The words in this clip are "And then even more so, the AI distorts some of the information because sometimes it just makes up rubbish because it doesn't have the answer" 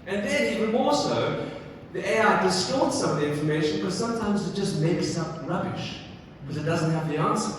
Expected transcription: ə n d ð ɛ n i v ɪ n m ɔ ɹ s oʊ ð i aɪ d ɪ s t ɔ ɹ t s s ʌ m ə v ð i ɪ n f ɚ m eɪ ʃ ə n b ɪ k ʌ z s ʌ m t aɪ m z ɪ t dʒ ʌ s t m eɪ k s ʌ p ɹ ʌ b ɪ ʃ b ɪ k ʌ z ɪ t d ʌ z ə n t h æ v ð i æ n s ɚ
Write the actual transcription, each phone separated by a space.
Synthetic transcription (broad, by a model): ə n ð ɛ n i v ɪ n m ɔ l s oʊ ð i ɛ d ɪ s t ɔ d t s s ʌ m ə v ð i ɪ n f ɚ m eɪ ʃ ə n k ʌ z s ʌ m t aɪ m z ɪ t dʒ ʌ s t m eɪ k s ʌ p ɹ ʌ b ɪ ʃ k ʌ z ɪ t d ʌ z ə n t h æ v ð i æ n s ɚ